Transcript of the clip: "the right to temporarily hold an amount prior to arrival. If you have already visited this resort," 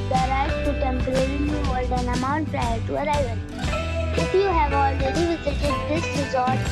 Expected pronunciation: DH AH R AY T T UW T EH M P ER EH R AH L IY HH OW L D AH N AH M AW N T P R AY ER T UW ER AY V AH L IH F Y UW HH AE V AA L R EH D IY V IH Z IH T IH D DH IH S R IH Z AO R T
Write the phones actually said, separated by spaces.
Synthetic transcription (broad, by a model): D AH R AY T T UW T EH M P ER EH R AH N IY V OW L D AH N AH M AW N T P R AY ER T UW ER AY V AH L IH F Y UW HH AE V AA L R EH D IY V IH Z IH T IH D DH IH S R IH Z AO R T